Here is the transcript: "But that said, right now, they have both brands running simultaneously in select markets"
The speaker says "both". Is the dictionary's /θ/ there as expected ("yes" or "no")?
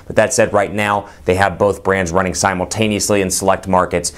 yes